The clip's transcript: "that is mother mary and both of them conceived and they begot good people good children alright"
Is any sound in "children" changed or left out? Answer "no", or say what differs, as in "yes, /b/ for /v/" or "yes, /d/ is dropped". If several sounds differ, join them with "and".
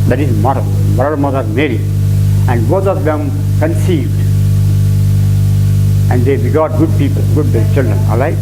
no